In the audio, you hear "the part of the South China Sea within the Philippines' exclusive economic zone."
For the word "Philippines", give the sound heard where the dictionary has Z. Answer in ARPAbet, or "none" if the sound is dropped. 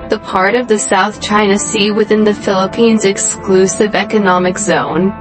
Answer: Z